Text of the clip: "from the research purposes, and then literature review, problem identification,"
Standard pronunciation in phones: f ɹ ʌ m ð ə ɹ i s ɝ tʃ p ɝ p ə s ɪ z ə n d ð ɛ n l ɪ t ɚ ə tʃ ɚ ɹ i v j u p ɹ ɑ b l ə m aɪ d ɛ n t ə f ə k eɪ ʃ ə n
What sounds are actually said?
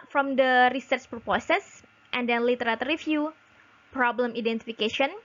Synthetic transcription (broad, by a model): f ɹ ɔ m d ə ɹ i s ɝ tʃ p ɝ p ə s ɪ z ə n d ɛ n l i t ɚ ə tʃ ɹ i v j u p ɹ ɑ b l ə m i d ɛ n t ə f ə k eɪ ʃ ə n